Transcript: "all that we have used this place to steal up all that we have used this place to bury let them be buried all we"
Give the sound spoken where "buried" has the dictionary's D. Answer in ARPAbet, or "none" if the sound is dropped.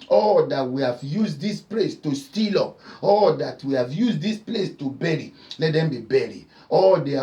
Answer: none